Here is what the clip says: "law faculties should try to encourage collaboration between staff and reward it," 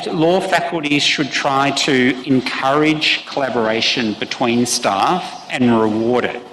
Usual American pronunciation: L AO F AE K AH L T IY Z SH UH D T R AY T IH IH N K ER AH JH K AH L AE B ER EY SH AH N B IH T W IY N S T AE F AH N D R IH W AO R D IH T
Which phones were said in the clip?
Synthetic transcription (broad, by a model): L AO F AE K AH L T IY Z SH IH D T R AY T IH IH N K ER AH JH K AH L AE B ER EY SH AH N B IH T W IY N S T AE F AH N R IH W AO R D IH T